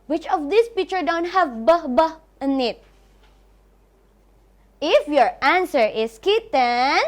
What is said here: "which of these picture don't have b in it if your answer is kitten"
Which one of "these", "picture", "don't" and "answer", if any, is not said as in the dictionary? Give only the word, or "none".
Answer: these